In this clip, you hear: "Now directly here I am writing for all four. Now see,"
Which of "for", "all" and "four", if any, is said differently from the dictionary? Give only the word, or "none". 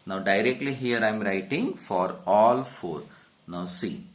none